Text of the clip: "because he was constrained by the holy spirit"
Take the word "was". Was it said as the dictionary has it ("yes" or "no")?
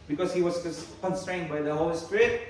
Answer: no